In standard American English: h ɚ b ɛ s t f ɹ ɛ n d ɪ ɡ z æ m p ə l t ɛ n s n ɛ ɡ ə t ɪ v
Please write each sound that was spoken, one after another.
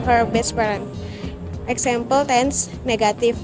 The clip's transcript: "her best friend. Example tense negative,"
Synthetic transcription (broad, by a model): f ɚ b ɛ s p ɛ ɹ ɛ n ɪ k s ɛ m p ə l t ɛ n s n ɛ ɡ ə t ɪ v